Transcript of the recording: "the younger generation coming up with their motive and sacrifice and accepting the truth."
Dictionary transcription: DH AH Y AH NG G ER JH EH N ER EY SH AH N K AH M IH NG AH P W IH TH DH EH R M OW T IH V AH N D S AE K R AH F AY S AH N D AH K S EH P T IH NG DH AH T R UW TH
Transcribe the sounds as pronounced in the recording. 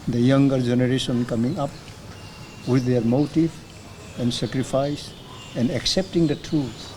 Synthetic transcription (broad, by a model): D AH Y AH NG G ER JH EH N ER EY S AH N K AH M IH NG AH P W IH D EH R M OW T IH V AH N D S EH K R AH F AY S AH N D AH K S EH P T IH NG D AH T R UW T